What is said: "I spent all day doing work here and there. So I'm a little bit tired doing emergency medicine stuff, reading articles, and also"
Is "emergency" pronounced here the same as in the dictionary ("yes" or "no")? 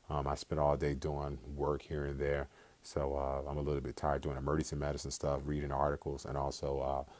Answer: no